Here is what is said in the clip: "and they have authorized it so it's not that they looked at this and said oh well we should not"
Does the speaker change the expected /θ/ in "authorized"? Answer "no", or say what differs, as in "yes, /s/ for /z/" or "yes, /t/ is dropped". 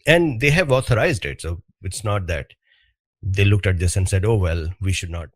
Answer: yes, /t/ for /θ/